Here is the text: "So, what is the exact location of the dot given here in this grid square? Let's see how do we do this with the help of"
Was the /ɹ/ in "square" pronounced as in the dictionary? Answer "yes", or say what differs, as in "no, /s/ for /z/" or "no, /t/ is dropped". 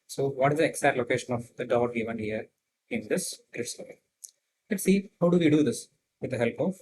no, /l/ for /ɹ/